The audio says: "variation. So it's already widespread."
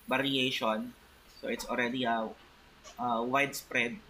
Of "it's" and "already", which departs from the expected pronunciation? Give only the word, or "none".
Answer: already